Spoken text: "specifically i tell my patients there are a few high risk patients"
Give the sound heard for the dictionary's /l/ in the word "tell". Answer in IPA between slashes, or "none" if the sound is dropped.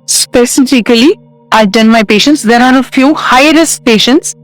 /n/